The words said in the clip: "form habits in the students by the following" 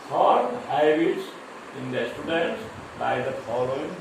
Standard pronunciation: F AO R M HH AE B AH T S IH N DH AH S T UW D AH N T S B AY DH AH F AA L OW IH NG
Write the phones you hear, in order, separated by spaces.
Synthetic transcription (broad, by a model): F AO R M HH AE AH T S IH N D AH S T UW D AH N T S B AY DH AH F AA L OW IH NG